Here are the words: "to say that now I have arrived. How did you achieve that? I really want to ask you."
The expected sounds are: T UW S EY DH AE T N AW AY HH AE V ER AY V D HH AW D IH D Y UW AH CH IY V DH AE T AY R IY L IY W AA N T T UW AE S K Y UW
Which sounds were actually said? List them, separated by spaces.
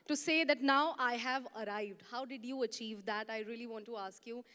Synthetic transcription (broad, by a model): T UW S EY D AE T N AW AY HH AE V ER AY V D HH AW D IH D Y UW AH CH IY V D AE T AY R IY L IY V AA N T T UW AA S K Y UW